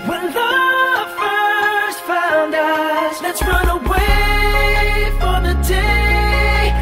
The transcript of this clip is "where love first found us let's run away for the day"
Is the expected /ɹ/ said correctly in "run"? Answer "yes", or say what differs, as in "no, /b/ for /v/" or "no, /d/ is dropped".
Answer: yes